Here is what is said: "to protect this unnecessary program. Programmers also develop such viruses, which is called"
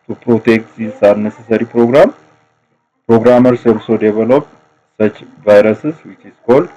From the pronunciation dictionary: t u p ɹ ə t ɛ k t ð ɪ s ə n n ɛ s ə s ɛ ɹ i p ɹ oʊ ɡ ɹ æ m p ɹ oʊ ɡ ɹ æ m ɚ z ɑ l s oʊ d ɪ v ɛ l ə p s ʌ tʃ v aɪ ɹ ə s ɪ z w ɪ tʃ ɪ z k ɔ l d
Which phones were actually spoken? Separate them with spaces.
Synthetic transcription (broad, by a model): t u p ɹ ə t ɛ k t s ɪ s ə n n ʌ s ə s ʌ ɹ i p ɹ oʊ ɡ ɹ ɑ m p ɹ oʊ ɡ ɹ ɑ m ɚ s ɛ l s oʊ d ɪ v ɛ l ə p s ʌ tʃ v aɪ ɹ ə s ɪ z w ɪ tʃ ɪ s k ɔ l